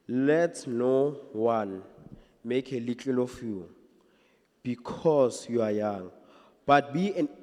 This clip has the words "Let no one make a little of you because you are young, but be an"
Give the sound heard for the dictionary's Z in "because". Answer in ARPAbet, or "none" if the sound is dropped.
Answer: S